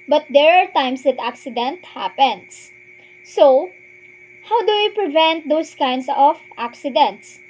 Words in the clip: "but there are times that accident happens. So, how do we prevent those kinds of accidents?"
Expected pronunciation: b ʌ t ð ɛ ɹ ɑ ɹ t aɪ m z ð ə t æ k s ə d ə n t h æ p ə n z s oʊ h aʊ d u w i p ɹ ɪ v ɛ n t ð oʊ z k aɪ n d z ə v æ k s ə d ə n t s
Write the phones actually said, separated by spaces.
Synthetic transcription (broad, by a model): b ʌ t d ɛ ɹ ɑ ɹ t aɪ m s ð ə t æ k s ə d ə n t h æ p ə n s s oʊ h aʊ d u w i p ɹ ɪ v ɛ n t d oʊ s k aɪ n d s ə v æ k s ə d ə n t s